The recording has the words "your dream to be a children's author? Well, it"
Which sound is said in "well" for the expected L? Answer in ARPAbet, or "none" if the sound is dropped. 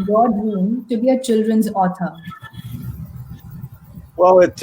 W